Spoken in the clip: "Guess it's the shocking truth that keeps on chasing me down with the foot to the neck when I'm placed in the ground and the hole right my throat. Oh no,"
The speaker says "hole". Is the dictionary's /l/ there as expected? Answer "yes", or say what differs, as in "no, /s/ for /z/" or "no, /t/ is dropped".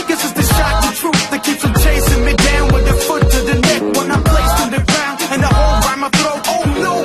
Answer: yes